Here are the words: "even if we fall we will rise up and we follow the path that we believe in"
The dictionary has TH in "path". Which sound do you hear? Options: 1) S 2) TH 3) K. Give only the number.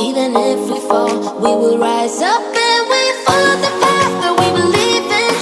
1